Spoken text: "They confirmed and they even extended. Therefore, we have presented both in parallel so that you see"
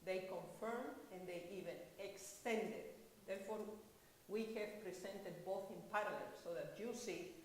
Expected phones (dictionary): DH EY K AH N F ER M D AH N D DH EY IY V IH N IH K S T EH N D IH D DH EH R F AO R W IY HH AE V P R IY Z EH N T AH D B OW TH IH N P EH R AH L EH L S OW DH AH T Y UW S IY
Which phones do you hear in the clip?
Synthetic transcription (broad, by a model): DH EY K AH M F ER M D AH N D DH EY IY V IH N IH K S T EH N D IH D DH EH R F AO R W IY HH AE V P R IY S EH N T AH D B OW TH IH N P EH R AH L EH L S OW DH AH T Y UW S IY